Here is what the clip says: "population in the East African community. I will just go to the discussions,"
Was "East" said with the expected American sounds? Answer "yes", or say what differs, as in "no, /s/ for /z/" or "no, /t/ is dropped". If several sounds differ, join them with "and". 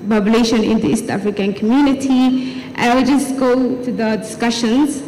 yes